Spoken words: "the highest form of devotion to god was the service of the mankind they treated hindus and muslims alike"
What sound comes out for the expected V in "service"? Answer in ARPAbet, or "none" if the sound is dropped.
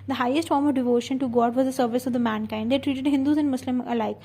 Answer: V